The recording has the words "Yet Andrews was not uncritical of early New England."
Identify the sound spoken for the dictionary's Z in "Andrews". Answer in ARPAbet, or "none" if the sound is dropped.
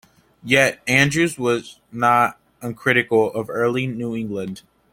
Z